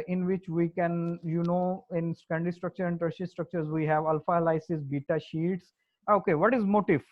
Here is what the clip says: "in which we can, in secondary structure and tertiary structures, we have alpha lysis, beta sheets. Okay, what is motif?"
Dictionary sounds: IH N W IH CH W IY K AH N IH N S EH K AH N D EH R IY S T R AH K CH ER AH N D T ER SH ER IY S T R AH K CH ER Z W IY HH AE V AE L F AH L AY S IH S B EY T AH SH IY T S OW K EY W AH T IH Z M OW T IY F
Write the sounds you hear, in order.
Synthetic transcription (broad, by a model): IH N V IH CH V IY K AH N IH N S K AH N D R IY S T R AH K CH ER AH N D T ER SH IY S T R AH K CH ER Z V IY HH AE V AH L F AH L AY S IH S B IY T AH SH IY T S OW K EY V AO T IH Z M OW T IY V